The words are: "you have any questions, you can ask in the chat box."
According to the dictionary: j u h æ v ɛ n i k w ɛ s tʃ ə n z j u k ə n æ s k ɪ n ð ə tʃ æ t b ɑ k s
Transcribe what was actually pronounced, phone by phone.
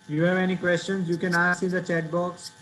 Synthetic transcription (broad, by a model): j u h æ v ɛ n i k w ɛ s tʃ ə n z j u k ə n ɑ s ɪ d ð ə tʃ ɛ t b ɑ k s